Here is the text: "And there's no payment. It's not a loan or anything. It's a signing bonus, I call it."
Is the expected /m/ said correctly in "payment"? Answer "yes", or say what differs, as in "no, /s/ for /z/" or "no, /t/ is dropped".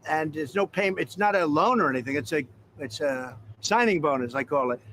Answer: no, /m/ is dropped